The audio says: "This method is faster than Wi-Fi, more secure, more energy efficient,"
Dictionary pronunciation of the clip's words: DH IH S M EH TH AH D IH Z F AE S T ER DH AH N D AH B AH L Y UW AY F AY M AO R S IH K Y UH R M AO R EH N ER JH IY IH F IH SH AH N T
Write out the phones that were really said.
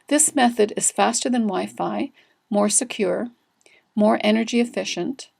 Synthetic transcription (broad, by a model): DH IH S M EH TH AH D IH Z F AE S T ER DH AH N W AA AH F AY M AO R S IH K Y UH R M AO R EH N ER JH IY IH F IH SH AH N T